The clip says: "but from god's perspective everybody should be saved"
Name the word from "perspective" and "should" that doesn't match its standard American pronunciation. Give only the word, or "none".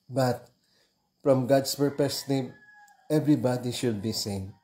perspective